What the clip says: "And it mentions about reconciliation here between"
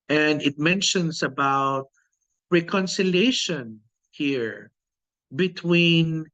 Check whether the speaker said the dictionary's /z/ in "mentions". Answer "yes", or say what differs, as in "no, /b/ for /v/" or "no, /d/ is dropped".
no, /s/ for /z/